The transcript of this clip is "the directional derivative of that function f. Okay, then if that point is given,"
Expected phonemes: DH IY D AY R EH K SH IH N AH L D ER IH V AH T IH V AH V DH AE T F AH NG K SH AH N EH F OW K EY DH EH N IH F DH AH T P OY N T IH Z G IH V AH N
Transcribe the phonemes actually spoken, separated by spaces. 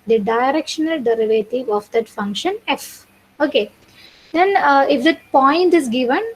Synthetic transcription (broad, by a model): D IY D AY R EH K SH IH N AH L D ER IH V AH T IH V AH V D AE T F AH NG K SH AH N EH F OW K EY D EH N IH F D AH T P OY N T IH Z G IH V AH N